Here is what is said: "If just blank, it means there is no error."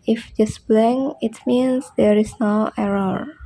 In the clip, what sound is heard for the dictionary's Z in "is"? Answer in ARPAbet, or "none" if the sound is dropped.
S